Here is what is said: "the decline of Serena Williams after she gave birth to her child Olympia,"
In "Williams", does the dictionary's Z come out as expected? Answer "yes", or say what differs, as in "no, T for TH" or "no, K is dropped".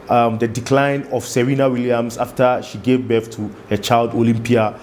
no, S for Z